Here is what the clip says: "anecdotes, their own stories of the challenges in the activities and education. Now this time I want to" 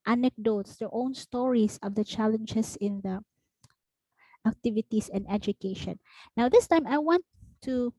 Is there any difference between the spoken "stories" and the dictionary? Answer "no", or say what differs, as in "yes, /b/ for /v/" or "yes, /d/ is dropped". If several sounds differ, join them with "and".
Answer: yes, /s/ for /z/